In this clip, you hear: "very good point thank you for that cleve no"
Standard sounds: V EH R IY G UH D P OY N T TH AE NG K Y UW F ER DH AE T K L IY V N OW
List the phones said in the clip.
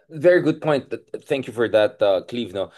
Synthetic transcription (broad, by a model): V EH R IY G UH D P OY N T TH AE NG K Y UW F ER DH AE T K L IY V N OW